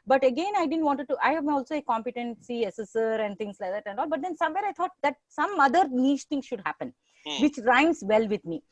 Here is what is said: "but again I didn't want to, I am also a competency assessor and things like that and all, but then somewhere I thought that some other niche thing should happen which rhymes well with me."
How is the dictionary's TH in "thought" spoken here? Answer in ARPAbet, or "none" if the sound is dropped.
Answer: T